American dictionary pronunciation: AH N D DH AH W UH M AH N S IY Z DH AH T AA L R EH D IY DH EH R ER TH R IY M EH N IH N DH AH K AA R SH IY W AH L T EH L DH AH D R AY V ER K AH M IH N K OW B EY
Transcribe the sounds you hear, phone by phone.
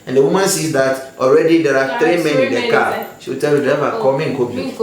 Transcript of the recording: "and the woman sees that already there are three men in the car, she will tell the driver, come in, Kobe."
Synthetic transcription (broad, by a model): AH N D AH W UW M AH N S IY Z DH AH T AA L R EH D IY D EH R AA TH R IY M EH N IH N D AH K AA SH IY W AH T EH L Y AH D AY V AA K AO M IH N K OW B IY